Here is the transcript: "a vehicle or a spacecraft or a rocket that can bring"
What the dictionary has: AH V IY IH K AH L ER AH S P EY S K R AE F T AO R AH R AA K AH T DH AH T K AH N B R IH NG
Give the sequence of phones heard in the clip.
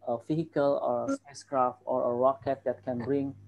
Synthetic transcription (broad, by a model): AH F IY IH K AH L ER AH S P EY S K R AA F T AO R AH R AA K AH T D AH T K AH N B R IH NG